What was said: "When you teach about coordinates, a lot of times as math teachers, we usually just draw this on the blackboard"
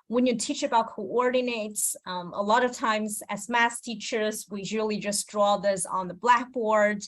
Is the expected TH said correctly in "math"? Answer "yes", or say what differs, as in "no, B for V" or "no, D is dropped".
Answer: no, S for TH